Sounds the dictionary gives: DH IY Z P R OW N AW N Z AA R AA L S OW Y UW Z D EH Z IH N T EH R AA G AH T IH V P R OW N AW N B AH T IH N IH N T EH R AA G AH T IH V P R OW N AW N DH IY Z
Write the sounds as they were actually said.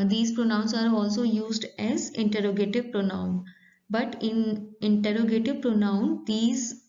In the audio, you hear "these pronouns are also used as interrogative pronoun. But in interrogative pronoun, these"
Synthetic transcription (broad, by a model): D IY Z P R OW N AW N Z AA R AA L S OW Y UW Z D EH Z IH N T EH R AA G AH T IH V P R OW N AW N B AH T IH N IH N T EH R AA G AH T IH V P R OW N AW N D IY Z